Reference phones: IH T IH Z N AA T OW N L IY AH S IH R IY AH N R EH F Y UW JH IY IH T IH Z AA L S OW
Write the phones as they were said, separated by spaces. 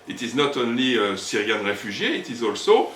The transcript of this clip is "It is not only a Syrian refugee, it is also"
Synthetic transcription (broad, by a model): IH T IH Z N AA T OW N L IY AH S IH R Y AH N R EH F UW ZH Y IH T IH Z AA L S OW